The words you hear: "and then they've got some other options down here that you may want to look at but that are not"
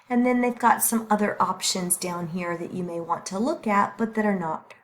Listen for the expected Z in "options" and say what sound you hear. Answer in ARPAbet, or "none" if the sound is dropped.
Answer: Z